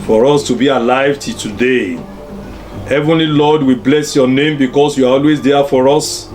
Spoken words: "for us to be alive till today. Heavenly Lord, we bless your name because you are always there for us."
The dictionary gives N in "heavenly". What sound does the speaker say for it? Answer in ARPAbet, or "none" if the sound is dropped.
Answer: N